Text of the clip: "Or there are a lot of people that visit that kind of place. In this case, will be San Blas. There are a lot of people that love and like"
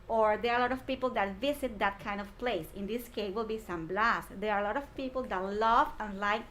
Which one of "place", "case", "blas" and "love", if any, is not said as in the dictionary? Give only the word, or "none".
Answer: case